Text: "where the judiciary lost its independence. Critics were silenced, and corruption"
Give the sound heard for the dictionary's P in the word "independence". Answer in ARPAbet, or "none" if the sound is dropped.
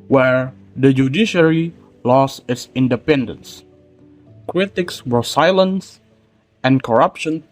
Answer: P